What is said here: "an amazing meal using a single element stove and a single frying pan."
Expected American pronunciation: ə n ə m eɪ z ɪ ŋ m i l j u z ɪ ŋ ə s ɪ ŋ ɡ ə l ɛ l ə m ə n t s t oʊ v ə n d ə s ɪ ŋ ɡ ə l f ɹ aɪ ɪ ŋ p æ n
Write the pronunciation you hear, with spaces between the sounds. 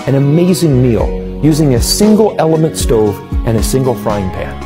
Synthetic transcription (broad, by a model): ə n ə m eɪ z ɪ ŋ m i l j u z ɪ ŋ ə s ɪ ŋ ɡ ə l ɛ l ə m ə n t s t oʊ v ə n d ə s ɪ ŋ ɡ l f ɹ aɪ ɪ ŋ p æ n